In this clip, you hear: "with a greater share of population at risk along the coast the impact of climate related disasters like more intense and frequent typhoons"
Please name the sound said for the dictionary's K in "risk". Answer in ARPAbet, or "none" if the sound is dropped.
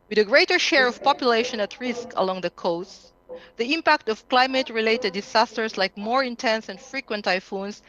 K